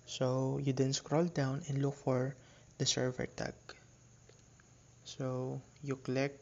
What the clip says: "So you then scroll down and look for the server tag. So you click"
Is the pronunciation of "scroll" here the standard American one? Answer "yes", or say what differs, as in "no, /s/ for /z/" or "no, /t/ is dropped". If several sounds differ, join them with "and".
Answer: yes